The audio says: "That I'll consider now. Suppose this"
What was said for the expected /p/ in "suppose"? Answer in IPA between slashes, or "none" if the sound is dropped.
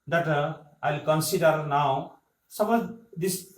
/b/